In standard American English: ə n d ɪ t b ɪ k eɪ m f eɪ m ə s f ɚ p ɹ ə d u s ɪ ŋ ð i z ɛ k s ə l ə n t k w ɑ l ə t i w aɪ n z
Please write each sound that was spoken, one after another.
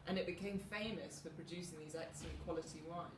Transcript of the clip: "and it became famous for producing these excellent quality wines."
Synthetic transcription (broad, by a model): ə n ɪ t b ɪ k eɪ m f eɪ m ə s f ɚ p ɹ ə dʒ u s ɪ ŋ ð i z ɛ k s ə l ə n k w ɑ l ə t i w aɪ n